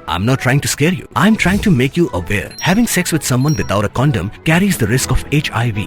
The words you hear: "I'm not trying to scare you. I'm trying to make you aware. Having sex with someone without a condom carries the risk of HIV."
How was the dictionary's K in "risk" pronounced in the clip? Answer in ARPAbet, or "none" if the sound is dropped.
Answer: K